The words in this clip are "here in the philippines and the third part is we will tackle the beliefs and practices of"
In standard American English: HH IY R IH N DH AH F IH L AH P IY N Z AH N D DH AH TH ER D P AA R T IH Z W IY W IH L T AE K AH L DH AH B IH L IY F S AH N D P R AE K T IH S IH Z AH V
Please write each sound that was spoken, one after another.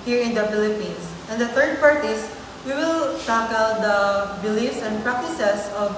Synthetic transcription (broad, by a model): HH IY R IH N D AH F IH L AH P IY N S AH N D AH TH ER D P AA R T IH S W IY W IH L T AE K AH L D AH B IH L IY F S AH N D P R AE K T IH S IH S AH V